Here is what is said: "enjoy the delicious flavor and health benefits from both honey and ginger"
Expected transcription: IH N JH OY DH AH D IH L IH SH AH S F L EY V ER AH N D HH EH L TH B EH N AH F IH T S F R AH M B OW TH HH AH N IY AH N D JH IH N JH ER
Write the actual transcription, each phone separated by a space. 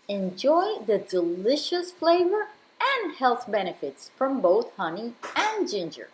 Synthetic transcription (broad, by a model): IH N JH OY DH AH D IH L IH SH AH S F L EY V ER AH N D HH EH L TH B EH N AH F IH T S F R AH M B OW TH HH AH N IY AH N JH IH N JH ER